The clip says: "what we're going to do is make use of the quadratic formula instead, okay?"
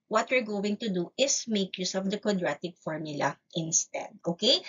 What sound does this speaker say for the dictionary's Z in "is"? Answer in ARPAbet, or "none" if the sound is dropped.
S